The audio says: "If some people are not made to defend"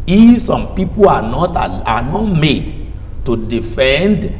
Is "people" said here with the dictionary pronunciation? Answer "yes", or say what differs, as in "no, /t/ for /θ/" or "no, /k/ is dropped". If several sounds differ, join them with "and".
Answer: no, /n/ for /l/